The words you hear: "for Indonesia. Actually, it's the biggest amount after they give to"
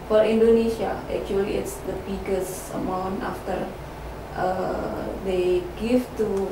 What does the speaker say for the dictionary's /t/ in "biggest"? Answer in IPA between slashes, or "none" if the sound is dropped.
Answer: none